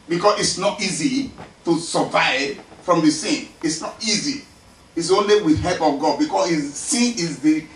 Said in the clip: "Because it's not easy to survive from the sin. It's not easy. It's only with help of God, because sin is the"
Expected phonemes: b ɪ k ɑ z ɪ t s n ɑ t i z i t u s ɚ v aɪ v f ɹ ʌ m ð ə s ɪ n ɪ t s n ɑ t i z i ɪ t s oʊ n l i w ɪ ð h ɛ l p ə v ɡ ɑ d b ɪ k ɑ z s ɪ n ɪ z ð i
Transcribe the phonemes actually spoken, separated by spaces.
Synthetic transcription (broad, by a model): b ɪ k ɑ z ɪ t s n ɑ t i z i t u s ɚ v aɪ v f ɹ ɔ m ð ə s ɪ n ɪ t s n ɑ t i z i ɪ t s oʊ n l i w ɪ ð h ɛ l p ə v ɡ ɑ d b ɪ k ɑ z s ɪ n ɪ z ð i